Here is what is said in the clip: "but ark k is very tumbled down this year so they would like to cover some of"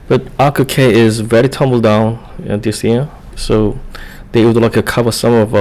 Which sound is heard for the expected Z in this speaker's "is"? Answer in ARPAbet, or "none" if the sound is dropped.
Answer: Z